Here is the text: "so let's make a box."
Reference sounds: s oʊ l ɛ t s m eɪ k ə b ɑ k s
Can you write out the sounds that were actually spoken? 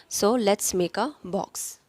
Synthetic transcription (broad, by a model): s oʊ l ɛ t s m eɪ k ə b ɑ k s